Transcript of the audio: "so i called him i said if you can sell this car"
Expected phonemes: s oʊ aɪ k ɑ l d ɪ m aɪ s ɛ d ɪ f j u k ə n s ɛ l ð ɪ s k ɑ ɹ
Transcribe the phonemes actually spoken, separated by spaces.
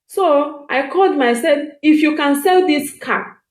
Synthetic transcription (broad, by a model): s oʊ aɪ k ɑ l d m aɪ s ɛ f ɪ f j u k ə n s ɛ l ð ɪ s k ɑ